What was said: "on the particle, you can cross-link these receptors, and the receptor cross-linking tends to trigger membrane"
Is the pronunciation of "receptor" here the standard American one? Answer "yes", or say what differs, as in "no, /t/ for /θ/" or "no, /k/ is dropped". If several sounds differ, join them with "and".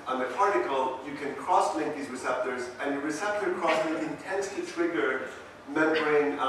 yes